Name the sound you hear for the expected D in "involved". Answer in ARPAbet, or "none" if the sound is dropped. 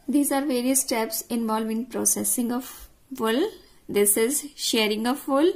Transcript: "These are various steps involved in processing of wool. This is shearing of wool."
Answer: none